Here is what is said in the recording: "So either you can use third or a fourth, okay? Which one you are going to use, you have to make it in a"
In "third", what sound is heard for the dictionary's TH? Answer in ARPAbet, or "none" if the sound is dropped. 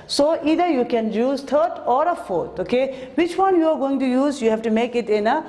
T